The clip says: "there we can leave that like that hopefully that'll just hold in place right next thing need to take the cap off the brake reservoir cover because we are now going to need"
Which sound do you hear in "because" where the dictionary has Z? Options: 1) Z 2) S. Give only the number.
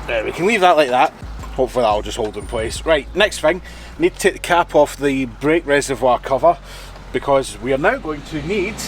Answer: 1